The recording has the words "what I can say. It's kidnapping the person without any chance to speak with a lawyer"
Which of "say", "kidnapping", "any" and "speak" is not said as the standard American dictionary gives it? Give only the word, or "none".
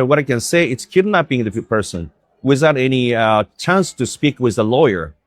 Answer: kidnapping